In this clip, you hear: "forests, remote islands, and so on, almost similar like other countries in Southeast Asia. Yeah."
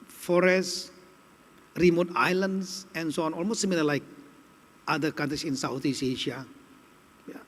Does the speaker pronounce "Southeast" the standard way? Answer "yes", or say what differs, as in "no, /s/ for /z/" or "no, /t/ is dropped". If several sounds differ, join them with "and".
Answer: no, /t/ is dropped